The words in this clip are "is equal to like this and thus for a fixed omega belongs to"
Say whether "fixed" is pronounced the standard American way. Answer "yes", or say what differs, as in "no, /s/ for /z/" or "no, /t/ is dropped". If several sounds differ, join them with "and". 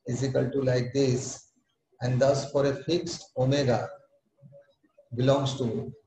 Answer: yes